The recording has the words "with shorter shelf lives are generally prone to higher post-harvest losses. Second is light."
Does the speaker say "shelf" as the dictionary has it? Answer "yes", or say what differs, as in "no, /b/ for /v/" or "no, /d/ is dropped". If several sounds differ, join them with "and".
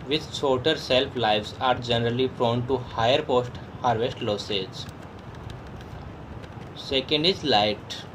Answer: no, /s/ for /ʃ/